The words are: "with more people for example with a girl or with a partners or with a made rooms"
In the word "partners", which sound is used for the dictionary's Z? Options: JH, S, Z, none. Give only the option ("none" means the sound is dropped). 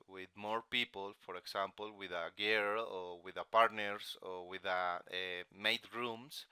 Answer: S